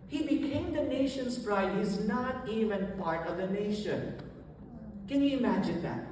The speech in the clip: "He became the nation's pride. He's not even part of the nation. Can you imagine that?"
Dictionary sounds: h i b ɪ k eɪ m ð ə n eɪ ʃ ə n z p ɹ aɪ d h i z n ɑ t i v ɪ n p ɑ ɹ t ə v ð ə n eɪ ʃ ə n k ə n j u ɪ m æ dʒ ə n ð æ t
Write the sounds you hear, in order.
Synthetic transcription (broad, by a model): h i b ɪ k eɪ m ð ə n eɪ ʃ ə n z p ɹ aɪ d h i z n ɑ t i v ɪ n p ɑ ɹ t ə v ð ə n eɪ ʃ ə n k ə n j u ɪ m æ dʒ ə n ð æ t